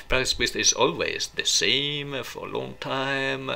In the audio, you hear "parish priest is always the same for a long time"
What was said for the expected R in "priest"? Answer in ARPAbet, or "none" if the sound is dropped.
none